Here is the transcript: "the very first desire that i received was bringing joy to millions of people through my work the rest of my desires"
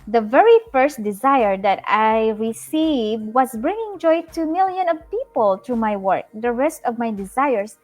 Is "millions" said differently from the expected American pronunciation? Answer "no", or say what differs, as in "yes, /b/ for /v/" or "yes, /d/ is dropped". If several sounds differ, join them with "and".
yes, /z/ is dropped